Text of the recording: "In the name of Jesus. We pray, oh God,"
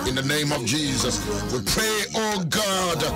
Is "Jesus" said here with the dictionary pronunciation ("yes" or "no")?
yes